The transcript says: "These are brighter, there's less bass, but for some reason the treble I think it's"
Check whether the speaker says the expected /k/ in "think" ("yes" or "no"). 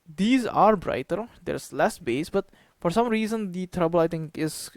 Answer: no